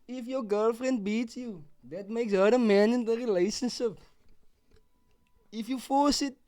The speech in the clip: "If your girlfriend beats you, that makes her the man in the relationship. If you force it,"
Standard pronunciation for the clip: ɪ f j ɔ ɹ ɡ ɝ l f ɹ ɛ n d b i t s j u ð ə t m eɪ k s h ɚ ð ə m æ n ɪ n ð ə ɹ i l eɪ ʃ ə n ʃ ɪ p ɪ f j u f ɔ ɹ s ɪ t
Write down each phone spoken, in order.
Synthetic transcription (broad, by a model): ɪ f j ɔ ɡ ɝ l f ɹ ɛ n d b i t s j u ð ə t m eɪ k s h ɚ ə m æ n ɪ n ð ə ɹ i l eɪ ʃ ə n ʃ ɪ p ɪ f j u f ɔ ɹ s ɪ t